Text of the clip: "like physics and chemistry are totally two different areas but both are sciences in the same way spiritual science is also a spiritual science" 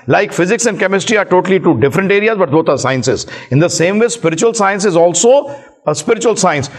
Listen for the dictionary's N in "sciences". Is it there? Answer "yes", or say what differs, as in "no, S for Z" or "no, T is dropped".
yes